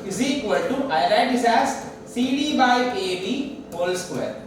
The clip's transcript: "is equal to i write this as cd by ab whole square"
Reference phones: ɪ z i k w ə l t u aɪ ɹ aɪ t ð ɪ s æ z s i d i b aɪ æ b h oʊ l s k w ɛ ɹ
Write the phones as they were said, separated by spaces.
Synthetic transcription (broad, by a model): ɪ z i k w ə l t u aɪ l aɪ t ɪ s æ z s i d i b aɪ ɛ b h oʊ l s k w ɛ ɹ